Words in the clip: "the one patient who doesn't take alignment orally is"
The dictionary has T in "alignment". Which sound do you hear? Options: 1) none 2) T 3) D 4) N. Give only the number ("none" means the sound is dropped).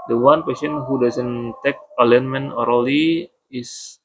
1